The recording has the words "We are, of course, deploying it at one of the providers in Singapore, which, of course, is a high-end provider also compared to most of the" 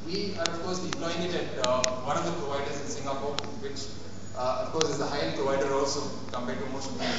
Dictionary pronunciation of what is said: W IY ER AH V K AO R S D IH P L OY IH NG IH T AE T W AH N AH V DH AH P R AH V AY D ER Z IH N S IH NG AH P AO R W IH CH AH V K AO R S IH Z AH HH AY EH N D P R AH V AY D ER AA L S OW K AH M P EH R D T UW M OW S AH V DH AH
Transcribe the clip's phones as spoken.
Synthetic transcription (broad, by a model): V IY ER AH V K AO R S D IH L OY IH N IH T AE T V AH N AH V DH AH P R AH V AY D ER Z IH N S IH NG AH P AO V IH CH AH F K AO R S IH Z AH HH AY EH P R AH V AY D ER AA L S OW K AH M P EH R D T UW M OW SH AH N